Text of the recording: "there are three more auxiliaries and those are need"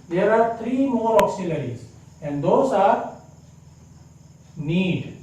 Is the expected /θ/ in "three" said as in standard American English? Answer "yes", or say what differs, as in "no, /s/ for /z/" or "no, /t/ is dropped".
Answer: no, /t/ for /θ/